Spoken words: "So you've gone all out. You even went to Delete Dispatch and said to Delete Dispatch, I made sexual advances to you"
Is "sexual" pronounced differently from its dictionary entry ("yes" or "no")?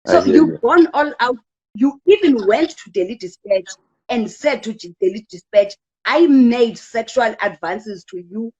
no